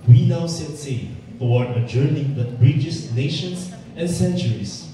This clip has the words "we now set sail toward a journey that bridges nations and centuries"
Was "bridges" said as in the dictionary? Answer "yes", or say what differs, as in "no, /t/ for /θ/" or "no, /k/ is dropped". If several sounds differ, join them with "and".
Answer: no, /s/ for /z/